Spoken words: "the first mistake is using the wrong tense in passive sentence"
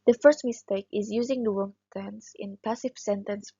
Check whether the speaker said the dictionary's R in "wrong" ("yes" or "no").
no